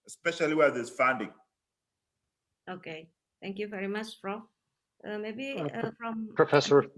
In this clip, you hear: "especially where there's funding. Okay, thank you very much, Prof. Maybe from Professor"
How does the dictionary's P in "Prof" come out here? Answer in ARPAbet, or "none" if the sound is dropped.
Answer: F